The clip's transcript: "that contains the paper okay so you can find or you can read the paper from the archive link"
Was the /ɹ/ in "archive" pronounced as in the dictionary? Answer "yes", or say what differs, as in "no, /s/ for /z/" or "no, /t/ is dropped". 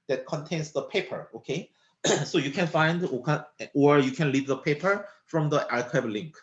no, /l/ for /ɹ/